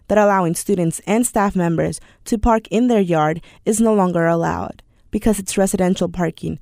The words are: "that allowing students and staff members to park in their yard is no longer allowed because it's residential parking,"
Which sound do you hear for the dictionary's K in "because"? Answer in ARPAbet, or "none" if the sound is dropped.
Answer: K